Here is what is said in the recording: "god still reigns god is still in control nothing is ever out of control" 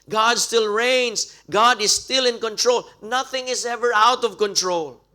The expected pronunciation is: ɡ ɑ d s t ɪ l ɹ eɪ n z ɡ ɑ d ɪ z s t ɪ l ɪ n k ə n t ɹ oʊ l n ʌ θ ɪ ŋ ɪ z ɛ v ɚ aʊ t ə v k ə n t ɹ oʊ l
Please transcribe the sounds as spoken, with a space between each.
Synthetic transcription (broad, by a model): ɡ ɑ d s t ɪ l ɹ eɪ n s ɡ ɑ d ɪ s t ɪ l ɪ n k ə n t ɹ oʊ l n ʌ θ ɪ ŋ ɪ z ɛ v ɚ aʊ t ə v k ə n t ɹ oʊ l